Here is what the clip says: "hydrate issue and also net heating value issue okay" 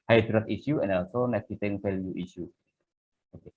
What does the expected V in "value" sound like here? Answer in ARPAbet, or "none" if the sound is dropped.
F